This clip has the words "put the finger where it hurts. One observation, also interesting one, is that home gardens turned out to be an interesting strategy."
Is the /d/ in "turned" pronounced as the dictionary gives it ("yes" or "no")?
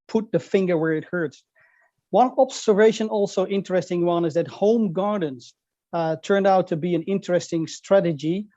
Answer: yes